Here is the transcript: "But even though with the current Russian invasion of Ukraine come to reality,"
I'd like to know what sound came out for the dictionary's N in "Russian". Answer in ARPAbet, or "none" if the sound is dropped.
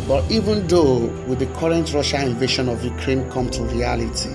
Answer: none